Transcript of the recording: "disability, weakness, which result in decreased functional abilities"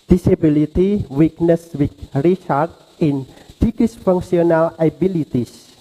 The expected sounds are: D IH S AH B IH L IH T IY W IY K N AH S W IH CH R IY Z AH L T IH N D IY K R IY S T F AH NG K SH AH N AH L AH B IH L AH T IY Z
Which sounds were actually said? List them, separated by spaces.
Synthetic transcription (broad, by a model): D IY S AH B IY L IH T IY W IY K N AH S W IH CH R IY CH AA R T IH N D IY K IY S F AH NG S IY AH N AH L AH B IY L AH T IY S